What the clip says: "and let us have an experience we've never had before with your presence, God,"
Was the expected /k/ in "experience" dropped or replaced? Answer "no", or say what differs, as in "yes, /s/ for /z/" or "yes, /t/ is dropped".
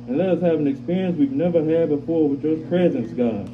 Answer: no